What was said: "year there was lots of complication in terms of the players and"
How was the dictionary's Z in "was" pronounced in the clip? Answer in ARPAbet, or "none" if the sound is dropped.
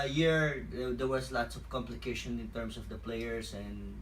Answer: S